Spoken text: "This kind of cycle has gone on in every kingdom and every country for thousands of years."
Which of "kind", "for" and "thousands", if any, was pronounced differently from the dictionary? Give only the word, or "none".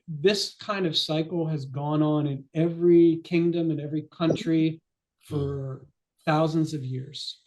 none